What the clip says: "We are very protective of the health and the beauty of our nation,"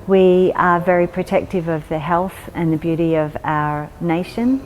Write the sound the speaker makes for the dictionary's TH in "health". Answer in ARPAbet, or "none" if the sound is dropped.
TH